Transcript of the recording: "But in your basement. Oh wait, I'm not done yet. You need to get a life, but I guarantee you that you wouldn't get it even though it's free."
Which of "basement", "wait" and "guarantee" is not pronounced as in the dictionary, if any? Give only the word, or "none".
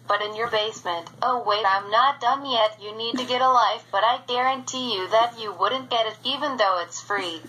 wait